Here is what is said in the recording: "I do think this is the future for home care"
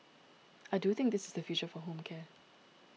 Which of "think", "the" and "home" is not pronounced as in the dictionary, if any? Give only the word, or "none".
none